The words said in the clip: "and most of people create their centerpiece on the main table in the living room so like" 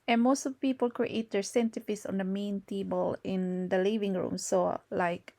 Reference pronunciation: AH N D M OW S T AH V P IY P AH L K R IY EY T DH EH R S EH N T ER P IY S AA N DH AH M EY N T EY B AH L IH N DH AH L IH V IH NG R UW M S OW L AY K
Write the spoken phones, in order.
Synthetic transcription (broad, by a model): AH N M OW S T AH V P IY P AH L K R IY EY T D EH R S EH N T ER F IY S AA N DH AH M EY N T EY B AH L IH N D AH L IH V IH NG R UW M S OW L AY K